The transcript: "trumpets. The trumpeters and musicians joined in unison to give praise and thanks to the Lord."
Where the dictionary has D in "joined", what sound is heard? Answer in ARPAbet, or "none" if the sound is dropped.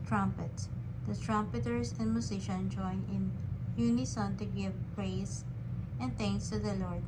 none